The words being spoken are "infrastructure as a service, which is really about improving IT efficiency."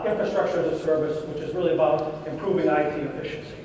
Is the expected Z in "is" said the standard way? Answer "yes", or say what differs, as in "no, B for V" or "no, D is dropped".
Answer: yes